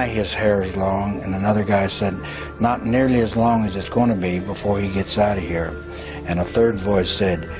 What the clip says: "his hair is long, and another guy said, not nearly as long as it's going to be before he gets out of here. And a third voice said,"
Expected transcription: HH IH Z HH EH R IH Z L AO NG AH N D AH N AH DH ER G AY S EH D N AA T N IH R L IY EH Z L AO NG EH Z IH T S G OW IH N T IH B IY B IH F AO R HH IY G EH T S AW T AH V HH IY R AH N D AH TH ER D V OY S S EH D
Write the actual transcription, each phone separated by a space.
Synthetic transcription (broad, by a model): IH IH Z HH EH R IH Z L AO NG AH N AH N AH DH ER G AY S EH D N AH T N IH R L IY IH Z L AO NG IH Z IH T S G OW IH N T IH B IY B IH F AO R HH IY G EH T S AW T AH HH IY R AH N AH TH ER D V OY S S EH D